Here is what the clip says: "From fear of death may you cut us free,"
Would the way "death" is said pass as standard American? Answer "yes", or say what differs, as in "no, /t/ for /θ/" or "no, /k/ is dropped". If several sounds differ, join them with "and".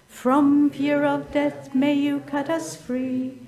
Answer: yes